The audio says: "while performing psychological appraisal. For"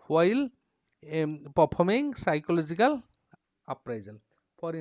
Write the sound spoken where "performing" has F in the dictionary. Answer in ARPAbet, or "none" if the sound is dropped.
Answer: P